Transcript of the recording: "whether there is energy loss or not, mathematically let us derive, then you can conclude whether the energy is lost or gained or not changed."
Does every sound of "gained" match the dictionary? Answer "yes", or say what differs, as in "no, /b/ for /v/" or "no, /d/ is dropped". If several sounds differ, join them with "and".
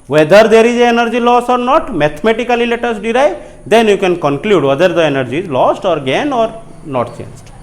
no, /d/ is dropped